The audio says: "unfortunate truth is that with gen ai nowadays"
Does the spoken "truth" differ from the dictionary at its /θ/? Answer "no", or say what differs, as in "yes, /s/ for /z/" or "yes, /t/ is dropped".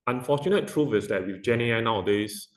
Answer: yes, /f/ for /θ/